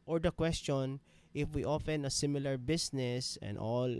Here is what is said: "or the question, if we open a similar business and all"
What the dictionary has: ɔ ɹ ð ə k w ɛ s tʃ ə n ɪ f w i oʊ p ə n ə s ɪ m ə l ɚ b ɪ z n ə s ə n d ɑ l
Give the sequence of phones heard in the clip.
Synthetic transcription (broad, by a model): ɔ ɹ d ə k w ɛ s tʃ ə n ɪ f w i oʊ f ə n ə s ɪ m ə l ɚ b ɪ s n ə s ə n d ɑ l